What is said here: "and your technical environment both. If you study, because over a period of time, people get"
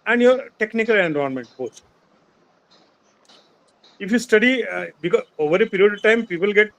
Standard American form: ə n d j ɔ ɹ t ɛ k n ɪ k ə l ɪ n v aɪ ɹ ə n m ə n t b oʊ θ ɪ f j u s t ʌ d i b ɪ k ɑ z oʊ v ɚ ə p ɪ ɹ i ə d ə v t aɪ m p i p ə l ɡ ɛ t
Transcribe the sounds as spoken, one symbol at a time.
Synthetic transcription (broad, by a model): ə n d j ɔ ɹ t ɛ k n ɪ k ə l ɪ n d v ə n m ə n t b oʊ s ɪ f j u s t ʌ d i b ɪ k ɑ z oʊ v ɚ ə p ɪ ɹ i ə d ə v t aɪ m p i p ə l ɡ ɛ t